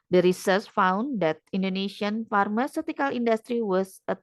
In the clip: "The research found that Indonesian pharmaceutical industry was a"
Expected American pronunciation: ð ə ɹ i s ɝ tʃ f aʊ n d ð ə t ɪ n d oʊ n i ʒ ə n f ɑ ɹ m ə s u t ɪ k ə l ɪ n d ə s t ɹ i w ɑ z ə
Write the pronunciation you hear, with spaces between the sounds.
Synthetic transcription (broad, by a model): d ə ɹ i s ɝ s f aʊ n d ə t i n d oʊ n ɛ ʃ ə n f ɑ ɹ m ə s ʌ t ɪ k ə l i n d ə s t ɹ i w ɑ s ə